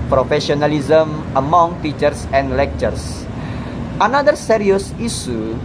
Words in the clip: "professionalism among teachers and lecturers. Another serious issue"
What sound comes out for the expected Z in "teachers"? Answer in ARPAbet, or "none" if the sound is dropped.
S